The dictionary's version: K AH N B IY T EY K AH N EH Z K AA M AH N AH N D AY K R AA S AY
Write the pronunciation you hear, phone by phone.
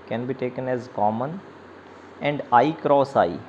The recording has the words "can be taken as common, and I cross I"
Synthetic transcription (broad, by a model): K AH N B IY T EY K AH N EH Z K AA M AH N AH N D AY K R AA S AY